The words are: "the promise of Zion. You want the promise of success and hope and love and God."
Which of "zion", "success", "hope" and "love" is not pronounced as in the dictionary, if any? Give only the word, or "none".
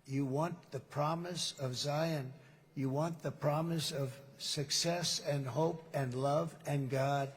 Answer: none